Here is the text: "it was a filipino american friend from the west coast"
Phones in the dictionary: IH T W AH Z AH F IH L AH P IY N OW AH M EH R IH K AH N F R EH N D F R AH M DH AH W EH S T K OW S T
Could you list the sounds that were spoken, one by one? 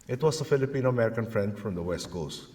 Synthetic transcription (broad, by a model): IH T W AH S AH F IH L AH P IY N OW AH M EH R IH K AH N F R EH N D F R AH M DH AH W EH S T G OW S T